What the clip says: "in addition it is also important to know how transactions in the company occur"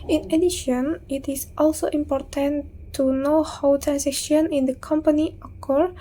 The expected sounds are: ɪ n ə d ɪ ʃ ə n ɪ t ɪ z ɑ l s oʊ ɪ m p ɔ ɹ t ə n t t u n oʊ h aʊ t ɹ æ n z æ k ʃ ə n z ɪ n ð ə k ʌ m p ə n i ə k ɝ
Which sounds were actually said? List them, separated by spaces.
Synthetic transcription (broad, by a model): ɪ n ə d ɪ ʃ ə n ɪ t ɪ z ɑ l s oʊ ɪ m p ɔ ɹ t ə n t t u n oʊ h aʊ t ɹ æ n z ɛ ʃ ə n ɪ n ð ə k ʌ m p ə n i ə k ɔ